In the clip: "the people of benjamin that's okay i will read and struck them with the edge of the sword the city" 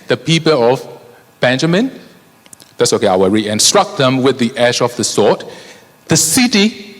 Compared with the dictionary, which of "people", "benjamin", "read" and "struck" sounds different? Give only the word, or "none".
read